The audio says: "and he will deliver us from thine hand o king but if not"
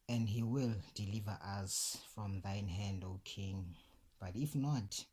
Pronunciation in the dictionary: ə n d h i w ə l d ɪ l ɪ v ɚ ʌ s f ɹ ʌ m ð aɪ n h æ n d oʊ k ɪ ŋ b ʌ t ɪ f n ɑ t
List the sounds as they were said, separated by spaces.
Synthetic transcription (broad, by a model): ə n d h i w ə l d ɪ l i v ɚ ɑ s f ɹ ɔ m ð aɪ n h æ n d oʊ k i ŋ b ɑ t ɪ f n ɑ t